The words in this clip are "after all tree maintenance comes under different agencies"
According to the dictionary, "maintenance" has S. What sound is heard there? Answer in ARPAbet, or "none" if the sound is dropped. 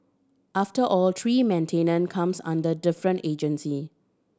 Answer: none